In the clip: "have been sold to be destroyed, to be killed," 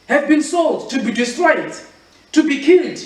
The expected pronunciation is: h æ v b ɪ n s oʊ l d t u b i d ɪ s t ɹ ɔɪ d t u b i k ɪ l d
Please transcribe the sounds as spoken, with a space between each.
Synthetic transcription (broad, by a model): h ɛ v b ɪ n s oʊ l d t u b i d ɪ s t ɹ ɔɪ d t u b i k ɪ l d